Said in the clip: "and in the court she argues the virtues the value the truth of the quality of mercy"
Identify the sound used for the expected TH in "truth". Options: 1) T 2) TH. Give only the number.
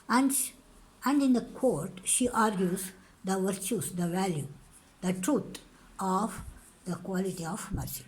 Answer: 1